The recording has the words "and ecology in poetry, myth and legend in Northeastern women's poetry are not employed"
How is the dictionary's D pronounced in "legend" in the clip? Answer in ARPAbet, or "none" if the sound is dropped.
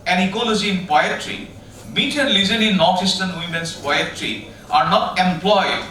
none